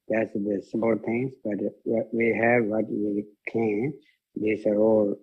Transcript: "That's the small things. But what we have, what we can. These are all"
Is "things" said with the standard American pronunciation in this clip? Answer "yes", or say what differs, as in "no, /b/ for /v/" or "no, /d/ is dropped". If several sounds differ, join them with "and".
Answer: no, /t/ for /θ/